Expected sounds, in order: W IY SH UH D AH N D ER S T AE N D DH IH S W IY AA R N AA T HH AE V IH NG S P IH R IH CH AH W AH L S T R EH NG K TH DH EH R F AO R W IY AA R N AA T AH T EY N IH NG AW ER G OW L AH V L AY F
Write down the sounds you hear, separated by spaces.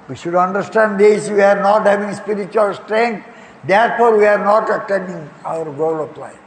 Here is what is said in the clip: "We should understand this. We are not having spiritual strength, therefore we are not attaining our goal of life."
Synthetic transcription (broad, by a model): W IY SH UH D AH N D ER S T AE N D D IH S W IY AA R N AA T HH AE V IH NG S P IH R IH CH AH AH L S T R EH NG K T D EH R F AO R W IY AA R N AA T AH T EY N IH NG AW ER G OW L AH P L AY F